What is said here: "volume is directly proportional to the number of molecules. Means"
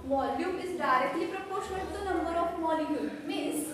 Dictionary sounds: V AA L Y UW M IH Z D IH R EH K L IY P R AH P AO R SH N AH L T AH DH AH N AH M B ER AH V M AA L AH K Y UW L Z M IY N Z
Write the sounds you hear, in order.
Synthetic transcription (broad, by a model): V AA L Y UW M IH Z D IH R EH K L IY P R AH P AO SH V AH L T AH N AH M B ER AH F M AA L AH Y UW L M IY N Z